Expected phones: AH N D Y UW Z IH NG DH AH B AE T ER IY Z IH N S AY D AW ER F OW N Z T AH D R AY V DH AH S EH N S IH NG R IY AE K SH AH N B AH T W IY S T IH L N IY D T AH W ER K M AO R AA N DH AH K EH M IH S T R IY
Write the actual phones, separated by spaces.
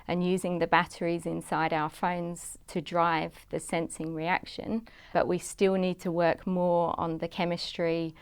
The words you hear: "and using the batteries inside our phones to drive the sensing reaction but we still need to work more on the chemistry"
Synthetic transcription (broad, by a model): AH N Y UW Z IH NG DH AH B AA T ER IY Z IH N S AY D AW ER F OW N Z T AH D R AY V DH AH S EH N S IH NG R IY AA K SH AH N B AH T W IY S T IH L N IY D T AH W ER K M AO R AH N DH AH K EH M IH S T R IY